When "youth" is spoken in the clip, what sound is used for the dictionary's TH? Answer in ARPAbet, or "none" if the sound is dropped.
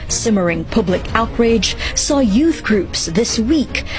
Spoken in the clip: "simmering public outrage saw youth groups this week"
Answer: TH